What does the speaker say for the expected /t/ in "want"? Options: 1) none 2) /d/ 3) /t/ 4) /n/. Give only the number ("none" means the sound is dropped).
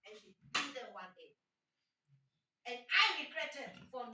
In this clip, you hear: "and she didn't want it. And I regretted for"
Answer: 1